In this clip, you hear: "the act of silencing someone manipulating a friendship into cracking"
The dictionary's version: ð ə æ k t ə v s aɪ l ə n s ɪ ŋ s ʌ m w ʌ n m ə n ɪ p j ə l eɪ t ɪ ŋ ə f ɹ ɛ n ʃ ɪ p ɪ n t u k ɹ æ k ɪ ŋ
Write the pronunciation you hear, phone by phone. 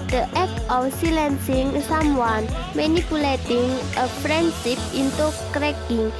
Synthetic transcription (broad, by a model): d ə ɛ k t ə f s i l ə n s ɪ ŋ s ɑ m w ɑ n m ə n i p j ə l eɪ t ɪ ŋ ə p ɹ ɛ n s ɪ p ɪ n t u k ɹ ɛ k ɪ ŋ